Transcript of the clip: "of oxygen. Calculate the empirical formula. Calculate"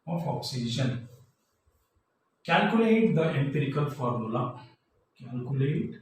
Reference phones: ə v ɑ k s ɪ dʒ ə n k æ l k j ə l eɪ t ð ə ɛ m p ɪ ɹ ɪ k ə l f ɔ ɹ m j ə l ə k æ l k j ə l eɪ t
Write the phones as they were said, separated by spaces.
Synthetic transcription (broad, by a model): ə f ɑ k s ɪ ʃ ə n k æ l k j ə l eɪ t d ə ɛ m p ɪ ɹ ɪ k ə l f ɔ ɹ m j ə l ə k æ l k j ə l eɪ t